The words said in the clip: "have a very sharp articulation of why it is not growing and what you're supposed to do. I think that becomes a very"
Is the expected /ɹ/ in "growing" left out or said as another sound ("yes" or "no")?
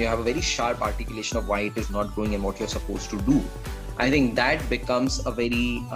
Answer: no